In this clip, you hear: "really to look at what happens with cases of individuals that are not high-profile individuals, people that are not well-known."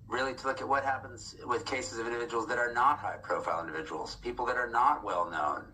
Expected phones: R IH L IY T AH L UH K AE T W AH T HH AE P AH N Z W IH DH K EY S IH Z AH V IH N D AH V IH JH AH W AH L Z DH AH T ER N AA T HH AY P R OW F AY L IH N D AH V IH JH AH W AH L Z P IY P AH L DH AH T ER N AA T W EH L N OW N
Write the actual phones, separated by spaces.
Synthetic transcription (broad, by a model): R IH L IY T AH L UH K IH T W AH T HH AE P AH N Z W IH DH K EY S IH Z AH V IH N D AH V IH JH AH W L Z DH AH T ER N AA T HH AY P R OW F AY L IH N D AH V IH JH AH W L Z P IY P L DH AH T ER N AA T W EH L N OW N